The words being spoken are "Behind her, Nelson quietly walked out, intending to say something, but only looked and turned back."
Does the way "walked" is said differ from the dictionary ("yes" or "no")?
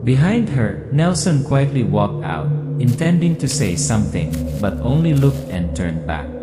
no